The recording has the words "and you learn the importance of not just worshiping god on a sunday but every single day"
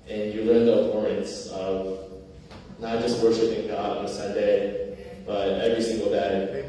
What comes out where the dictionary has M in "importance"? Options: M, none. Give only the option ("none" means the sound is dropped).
none